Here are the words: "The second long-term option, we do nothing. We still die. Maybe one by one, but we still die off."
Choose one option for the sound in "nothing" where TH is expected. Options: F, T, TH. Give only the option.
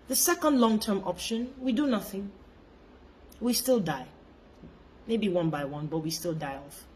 TH